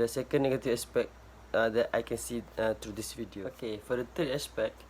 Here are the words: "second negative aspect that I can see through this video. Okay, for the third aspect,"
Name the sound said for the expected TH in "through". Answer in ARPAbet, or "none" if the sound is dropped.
T